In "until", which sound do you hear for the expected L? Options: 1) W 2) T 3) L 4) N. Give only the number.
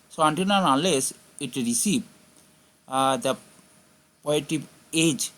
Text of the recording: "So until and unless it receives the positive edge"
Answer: 4